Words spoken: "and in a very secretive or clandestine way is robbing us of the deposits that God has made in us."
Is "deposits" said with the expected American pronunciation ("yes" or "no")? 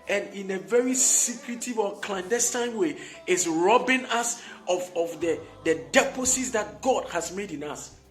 no